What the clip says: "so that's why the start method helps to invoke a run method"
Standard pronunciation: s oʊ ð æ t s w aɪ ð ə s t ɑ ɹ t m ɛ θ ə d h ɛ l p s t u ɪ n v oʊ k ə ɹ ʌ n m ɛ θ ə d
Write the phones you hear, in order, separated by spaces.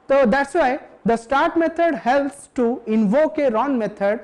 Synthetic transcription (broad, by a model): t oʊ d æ t s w aɪ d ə s t ɑ ɹ t m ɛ t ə d h ɛ l p s t u ɪ n v oʊ k ə ɹ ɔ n m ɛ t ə d